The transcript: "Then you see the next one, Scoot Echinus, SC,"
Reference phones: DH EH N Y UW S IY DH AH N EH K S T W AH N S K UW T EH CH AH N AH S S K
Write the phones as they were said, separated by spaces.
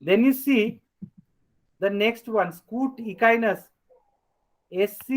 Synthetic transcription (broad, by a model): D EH N Y UW S IY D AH N EH K S T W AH N S K UW T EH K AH N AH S S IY